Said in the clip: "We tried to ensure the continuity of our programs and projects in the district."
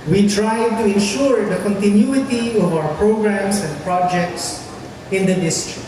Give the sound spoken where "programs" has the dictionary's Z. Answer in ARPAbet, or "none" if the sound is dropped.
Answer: S